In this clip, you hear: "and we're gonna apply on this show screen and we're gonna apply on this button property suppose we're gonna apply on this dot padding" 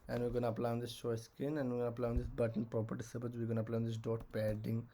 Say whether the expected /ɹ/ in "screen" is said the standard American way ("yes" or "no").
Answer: no